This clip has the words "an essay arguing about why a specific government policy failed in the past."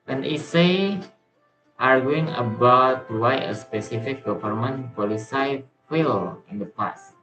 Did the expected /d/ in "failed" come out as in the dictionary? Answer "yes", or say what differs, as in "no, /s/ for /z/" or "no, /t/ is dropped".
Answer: no, /d/ is dropped